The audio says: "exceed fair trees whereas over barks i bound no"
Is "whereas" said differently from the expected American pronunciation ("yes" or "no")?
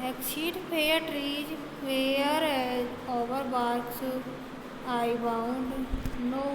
yes